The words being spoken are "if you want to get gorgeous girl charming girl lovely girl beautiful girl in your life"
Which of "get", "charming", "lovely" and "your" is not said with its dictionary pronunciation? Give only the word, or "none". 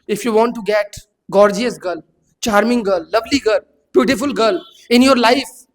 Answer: none